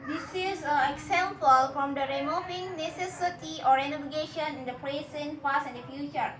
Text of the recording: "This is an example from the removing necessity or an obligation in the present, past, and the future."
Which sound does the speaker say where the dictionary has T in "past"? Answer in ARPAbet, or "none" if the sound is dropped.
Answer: none